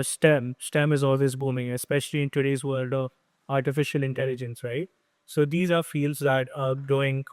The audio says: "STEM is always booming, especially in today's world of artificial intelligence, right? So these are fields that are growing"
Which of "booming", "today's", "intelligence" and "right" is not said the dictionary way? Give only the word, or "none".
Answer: none